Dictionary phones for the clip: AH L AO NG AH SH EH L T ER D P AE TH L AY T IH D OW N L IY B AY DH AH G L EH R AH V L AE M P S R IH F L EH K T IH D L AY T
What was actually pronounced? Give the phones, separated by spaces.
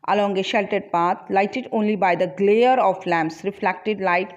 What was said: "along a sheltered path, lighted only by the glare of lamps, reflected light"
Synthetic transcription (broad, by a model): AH L AO NG AH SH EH L T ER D P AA T L AY T IH D OW N L IY B AY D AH G L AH R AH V L AE M P S R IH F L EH K T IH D L AY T